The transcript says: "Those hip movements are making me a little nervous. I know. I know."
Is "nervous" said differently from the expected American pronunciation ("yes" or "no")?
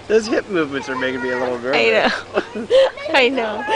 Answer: yes